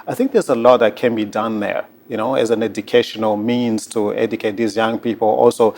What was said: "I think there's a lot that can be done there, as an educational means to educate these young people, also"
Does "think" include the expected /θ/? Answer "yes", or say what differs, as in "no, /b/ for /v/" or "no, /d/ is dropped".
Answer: yes